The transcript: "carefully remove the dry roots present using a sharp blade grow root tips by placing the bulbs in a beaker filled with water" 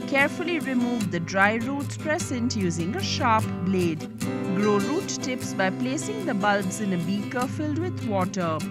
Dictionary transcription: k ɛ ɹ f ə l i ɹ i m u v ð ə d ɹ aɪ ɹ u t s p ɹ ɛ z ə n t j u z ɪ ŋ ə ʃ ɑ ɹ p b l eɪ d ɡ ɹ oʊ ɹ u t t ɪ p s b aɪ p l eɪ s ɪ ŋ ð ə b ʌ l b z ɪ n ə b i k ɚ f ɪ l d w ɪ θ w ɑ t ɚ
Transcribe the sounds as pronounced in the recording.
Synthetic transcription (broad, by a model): k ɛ ɹ f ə l i ɹ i m u v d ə d ɹ aɪ ɹ u t s p ɹ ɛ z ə n t j u z ɪ ŋ ə ʃ ɑ ɹ p b l eɪ d ɡ ɹ oʊ ɹ u t t ɪ p s b aɪ p l eɪ s ɪ ŋ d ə b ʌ l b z ɪ n ə b i k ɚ f ɪ l d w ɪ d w ɑ t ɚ